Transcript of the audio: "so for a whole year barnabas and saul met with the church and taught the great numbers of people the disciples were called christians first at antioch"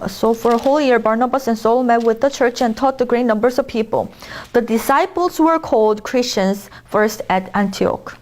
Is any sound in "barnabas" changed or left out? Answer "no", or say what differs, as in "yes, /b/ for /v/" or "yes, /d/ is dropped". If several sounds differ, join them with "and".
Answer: no